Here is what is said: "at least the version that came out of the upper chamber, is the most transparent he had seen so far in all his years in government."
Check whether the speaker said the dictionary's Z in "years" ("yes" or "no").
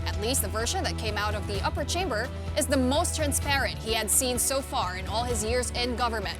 yes